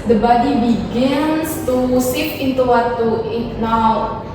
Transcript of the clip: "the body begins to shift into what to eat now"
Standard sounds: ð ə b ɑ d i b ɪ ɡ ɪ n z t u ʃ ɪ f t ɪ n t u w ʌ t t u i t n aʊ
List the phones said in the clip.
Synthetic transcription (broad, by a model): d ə b ɑ d i b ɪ ɡ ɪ n s t u s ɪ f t ɪ n t u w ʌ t t u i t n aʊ